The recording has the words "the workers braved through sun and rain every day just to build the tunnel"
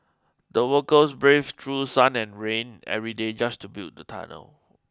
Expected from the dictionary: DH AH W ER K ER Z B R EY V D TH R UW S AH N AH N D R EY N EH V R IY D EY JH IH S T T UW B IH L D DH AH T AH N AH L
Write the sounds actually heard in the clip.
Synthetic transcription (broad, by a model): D AH W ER K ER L B R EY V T R UW S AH N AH N R EY N EH V R IY D EY JH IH S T T UW B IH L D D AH T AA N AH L